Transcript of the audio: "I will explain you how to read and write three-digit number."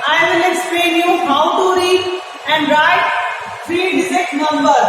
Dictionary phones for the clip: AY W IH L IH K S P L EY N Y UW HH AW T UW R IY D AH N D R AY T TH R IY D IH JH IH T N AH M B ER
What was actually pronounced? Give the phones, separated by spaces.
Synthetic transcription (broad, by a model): AY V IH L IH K S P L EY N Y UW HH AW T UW R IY AH N D R AY T T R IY D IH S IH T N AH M B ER